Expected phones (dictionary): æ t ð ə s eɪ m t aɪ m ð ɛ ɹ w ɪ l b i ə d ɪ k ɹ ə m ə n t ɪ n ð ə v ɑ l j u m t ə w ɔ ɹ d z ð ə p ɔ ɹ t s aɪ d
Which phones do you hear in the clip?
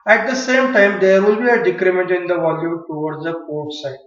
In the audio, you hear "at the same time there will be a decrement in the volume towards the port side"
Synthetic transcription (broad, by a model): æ t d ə s eɪ m t aɪ m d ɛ ɹ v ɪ l b i ə d ɪ k ɹ ə m ə n t ɪ n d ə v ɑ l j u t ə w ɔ ɹ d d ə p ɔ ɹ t s aɪ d